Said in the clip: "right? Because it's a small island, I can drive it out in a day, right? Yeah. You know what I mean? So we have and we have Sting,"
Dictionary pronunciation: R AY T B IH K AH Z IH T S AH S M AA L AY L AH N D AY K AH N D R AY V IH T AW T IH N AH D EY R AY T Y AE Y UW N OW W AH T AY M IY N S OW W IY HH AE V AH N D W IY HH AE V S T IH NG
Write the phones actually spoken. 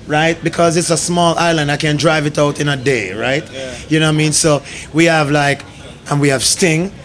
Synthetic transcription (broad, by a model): R AY T B IH K AH Z IH T S AH S M AA L AY L AH N D AY K AH N D R AY V IH T AW T IH N AH D EY R AY T Y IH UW N OW AY M IY N S OW W IY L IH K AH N W IY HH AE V S T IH NG